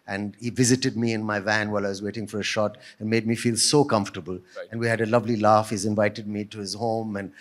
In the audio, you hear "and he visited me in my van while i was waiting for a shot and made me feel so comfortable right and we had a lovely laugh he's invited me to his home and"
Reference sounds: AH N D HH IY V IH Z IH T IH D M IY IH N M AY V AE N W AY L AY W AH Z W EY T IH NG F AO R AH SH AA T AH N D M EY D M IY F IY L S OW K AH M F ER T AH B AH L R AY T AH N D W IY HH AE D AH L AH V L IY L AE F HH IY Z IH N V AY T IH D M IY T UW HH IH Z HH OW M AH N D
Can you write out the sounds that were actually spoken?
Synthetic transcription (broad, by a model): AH N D HH IY V IH Z IH T IH D M IY IH N M AY V AE N W AY L AY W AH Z W EY T IH NG F AO R AH SH AA T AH N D M EY D M IY F IY L S OW K AH M F T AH B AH L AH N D W IY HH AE D AH L AH V L IY L AE F HH IY Z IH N V AY T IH D M IY T UW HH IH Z HH OW M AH N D